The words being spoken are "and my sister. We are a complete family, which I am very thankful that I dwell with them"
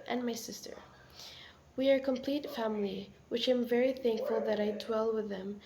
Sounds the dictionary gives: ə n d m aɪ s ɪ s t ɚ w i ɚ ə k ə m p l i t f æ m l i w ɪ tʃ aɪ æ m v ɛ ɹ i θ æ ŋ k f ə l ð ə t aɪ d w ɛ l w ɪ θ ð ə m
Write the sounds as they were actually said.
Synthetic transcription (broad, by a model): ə n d m aɪ s ɪ s t ɚ w i ɚ k ə m p l i t f æ m l i w ɪ tʃ aɪ m v ɛ ɹ i θ æ ŋ k f ə l ð ə t aɪ d w ɛ l w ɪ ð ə m